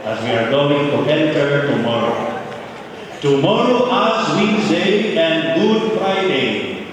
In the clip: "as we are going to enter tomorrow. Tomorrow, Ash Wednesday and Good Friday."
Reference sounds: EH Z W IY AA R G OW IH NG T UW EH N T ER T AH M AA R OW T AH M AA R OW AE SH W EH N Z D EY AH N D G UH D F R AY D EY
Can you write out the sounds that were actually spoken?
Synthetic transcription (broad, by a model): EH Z W IY AA R G OW IH NG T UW EH N T ER T AH M AA R OW T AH M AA R OW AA S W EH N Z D EY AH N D G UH D F R AY D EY